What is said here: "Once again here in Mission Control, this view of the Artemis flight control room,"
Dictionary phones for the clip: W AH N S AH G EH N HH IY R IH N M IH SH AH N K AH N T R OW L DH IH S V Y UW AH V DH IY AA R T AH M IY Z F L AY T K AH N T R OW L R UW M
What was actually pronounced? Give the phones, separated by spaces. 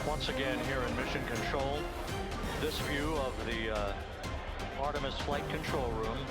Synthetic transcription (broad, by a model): W AH N S AH G EH N HH IY R IH N M IH SH AH N K AH N T R OW L DH IH S V Y UW AH V DH IY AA R T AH M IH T F L AY T K AH N T R OW L R UW M